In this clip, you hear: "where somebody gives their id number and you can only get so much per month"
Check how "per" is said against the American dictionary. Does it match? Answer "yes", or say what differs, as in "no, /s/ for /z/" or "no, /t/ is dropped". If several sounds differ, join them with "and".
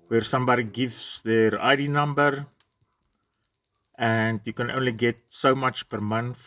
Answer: yes